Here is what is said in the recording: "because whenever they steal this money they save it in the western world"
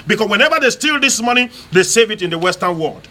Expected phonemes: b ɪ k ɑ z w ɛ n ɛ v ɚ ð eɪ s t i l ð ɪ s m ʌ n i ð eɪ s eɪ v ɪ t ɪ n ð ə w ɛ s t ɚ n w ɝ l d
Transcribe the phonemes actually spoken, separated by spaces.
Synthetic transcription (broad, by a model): b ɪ k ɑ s w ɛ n ɛ v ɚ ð eɪ s t i l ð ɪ s m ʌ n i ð eɪ s eɪ v ɪ t ɪ n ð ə w ɛ s t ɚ n w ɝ l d